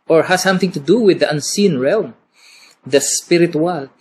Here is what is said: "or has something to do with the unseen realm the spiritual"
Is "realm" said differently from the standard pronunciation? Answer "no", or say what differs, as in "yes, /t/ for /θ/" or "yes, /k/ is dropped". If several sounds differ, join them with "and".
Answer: no